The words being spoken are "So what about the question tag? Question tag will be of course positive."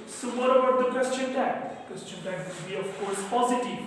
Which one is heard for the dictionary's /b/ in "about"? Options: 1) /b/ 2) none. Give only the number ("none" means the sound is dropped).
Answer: 2